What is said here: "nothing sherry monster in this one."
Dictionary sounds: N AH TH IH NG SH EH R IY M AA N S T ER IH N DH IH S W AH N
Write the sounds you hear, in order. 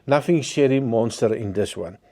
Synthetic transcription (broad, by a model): N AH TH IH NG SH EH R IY M AA N S T ER IH N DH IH S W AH N